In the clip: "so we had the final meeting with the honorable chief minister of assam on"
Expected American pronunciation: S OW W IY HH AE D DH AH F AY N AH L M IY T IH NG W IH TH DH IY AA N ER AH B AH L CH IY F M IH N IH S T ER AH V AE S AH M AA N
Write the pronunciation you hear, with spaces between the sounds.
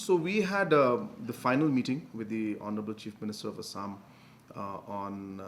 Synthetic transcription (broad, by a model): S OW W IY HH AE D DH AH F AY N AH L M IY T IH NG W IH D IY AA N ER AH B AH L CH IY F M IH N IH S T ER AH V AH S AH M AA N